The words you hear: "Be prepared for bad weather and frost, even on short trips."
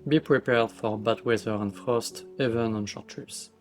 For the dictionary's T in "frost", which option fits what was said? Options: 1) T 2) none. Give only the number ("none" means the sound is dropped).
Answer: 1